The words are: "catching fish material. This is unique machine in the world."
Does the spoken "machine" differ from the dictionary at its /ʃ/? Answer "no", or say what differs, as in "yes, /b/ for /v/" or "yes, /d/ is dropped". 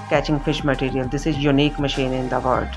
no